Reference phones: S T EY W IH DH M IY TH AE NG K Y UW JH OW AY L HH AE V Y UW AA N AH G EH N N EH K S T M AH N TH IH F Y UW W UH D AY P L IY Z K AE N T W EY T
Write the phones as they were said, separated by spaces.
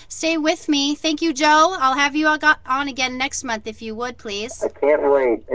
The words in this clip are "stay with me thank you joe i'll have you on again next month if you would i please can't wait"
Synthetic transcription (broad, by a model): S T EY W IH DH M IY TH AE NG K Y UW JH OW AY L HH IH V Y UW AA N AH G EH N N EH K S T M AH N TH IH F Y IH W UH D P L IY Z K AE N T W EY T